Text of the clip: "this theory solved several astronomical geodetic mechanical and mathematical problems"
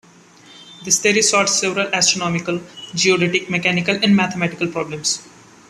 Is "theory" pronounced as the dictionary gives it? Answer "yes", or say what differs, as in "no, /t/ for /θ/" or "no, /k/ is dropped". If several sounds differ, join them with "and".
no, /t/ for /θ/